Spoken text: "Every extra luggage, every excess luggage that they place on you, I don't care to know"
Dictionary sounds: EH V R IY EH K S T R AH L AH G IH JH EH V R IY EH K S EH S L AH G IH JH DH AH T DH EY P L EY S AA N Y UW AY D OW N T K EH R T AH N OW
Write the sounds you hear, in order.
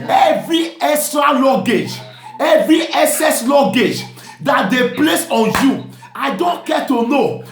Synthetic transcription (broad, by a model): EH V R IY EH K S T R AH L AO G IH JH EH V R IY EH S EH S L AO G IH JH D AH T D EY P L EY S AA N Y UW AY D OW N T K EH T AH N OW